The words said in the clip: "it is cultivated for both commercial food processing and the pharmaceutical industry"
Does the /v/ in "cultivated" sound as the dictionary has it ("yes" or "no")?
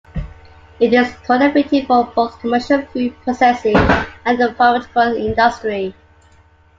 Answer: no